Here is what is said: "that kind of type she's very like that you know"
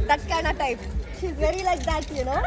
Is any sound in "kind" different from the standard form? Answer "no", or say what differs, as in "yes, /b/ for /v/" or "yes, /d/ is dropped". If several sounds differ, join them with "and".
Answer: yes, /d/ is dropped